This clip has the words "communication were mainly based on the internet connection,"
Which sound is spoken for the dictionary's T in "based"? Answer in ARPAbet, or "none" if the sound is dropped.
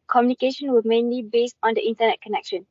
T